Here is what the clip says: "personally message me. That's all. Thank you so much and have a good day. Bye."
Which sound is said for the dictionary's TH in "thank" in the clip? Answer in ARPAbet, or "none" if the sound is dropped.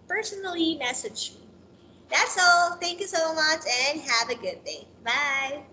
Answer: TH